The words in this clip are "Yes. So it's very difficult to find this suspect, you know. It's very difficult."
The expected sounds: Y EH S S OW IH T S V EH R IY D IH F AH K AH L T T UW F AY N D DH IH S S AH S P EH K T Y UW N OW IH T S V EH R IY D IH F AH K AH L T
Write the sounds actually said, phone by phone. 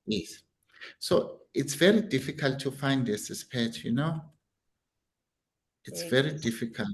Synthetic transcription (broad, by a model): Y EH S S OW IH T S V EH R IY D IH F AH K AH L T T UW F AY N D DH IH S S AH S P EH T Y UW N OW IH T S V EH R IY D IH F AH K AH L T